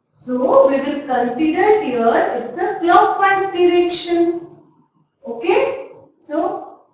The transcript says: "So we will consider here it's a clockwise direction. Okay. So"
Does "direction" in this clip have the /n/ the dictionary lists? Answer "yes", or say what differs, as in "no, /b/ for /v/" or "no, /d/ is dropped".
yes